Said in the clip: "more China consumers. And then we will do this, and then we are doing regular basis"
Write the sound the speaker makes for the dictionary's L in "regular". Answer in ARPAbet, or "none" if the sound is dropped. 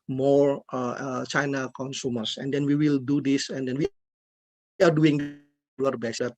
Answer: none